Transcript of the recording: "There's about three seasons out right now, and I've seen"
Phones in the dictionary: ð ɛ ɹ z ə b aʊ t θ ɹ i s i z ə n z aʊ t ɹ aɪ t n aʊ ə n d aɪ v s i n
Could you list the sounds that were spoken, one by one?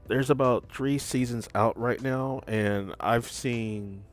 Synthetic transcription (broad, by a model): ð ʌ ɹ z ə b aʊ t θ ɹ i s i z ə n z aʊ t ɹ aɪ t n aʊ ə n aɪ v s i n